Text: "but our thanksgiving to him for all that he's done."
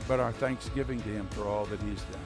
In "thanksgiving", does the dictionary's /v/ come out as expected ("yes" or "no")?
yes